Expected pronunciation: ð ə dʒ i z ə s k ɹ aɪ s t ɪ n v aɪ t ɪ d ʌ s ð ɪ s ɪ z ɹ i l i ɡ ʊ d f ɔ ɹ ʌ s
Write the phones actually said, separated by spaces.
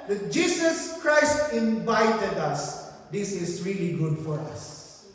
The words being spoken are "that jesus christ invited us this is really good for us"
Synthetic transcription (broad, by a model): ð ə dʒ i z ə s k ɹ aɪ s t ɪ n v aɪ t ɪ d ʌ s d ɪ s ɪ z ɹ i l i ɡ ʊ d f ɔ ɹ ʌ s